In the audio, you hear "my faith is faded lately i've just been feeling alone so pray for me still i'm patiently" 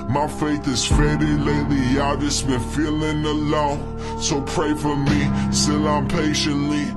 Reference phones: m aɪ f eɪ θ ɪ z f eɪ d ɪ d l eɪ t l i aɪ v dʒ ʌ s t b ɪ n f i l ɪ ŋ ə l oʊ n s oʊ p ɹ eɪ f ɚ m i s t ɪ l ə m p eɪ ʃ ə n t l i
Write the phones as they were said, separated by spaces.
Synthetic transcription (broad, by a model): m aɪ f eɪ θ ɪ z f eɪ d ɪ l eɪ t l i aɪ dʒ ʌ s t b ɪ n f i l ɪ ŋ ə l oʊ n s oʊ p ɹ eɪ f ɚ m i s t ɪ l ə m p eɪ ʃ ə n t l i